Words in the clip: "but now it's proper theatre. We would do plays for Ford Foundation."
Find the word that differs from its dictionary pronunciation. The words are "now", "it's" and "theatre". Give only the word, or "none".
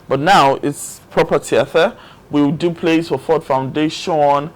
theatre